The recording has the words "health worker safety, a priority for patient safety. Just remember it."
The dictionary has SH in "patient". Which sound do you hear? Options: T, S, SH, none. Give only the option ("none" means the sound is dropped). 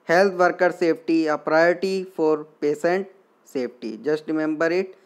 S